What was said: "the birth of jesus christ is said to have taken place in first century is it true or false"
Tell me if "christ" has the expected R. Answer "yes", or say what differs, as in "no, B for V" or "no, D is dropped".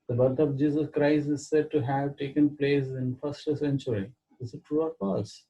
yes